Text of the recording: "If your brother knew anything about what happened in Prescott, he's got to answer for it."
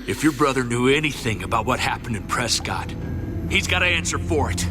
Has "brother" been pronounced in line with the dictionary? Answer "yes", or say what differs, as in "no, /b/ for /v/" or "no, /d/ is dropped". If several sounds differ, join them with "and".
yes